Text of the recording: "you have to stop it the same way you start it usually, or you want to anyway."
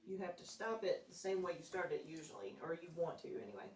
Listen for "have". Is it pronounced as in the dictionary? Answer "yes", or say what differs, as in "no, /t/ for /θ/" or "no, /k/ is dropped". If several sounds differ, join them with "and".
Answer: no, /f/ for /v/